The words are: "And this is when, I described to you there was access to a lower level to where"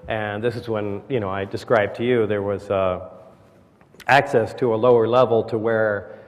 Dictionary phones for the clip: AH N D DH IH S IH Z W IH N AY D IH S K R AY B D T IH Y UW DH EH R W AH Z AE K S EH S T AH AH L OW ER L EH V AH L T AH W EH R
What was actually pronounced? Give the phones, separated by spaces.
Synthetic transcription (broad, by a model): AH N DH IH S IH Z W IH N AY D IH S K R AY B T IH Y UW DH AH R W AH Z AE K S EH S T AH AH L OW ER L EH V L T AH W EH R